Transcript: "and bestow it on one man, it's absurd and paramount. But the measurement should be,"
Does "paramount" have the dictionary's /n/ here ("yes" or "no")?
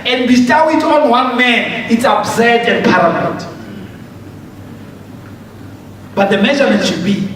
no